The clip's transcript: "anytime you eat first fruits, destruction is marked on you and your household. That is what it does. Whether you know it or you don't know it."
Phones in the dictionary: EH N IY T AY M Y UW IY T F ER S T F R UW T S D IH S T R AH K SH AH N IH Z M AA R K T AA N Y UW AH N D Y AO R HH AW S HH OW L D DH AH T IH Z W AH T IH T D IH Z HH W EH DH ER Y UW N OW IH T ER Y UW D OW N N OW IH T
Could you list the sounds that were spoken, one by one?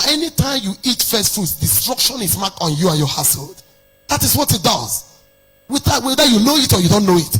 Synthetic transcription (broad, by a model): EH N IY T AY M Y UW IY T F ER S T F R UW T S D IH S T R AH K SH AH N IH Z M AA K AA N Y UW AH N Y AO HH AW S HH OW L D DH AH T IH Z W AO T IH T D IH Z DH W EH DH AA Y UW N OW IH T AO Y UW D OW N N OW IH T